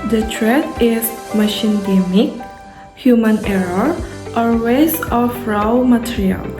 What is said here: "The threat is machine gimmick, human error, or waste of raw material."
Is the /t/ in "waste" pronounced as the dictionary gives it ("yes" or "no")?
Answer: no